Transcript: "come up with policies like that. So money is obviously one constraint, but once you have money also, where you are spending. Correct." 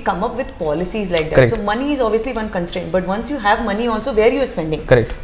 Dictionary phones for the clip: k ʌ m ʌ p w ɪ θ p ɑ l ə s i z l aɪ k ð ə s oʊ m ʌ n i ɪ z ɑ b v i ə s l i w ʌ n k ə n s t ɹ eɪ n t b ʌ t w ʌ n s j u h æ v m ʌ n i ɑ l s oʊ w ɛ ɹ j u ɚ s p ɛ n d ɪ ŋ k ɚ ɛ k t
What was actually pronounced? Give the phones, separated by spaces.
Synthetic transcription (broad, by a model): k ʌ m ʌ p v ɪ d p ɑ l ə s i z l aɪ k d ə s oʊ m ʌ n i ɪ z ɑ b v i ə s l i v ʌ n k ə n s t ɹ eɪ n t b ʌ t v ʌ n s j u h æ v m ʌ n i ɑ l s oʊ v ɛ ɹ j u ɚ s p ɛ n d ɪ ŋ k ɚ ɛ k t